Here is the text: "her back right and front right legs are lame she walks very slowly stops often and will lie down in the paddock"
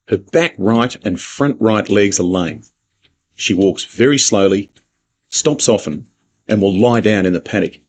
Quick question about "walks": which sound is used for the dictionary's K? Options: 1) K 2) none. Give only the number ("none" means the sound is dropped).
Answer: 1